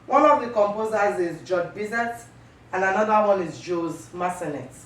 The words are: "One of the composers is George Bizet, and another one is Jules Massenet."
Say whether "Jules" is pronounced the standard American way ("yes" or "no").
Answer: no